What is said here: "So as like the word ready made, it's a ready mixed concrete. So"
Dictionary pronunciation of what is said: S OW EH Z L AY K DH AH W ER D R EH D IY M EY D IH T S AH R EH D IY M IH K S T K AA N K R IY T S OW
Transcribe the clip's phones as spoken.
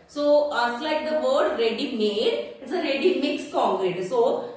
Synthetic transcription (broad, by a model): S OW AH S L AY K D AH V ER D R EH D IY M EY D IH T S AH R EH D IY M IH K S K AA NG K R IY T S OW